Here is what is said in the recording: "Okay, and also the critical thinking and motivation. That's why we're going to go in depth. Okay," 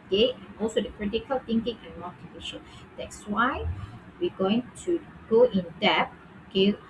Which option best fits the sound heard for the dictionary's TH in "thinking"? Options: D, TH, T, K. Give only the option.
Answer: T